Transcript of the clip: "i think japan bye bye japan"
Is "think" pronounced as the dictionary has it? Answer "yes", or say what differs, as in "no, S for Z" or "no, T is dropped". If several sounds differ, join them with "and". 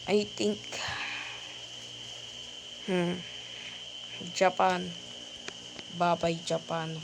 no, T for TH